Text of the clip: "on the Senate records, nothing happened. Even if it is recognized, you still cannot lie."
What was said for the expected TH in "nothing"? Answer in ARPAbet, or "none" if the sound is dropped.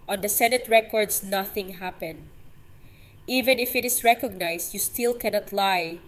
TH